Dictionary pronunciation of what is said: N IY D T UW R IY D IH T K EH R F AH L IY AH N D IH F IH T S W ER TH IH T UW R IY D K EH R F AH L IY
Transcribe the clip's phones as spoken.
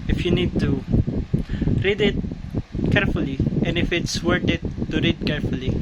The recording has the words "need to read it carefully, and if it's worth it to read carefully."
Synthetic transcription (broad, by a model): N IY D T UW R IY D IH T K EH R F AH L IY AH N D IH F IH T S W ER T IH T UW R IY D K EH R F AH L IY